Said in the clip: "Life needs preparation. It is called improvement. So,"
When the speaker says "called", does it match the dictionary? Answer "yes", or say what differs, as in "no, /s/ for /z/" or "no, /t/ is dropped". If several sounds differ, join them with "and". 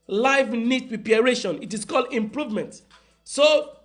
yes